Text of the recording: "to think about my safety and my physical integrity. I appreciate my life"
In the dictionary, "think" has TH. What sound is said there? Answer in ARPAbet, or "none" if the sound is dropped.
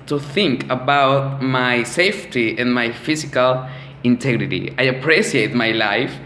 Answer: TH